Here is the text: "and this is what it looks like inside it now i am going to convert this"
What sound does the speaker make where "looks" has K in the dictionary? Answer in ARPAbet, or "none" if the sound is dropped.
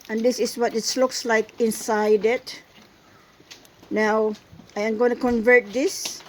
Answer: K